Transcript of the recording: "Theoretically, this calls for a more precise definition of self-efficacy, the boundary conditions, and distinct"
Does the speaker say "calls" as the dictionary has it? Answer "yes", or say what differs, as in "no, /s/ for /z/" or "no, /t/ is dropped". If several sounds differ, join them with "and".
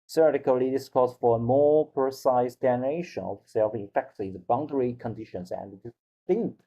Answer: no, /l/ is dropped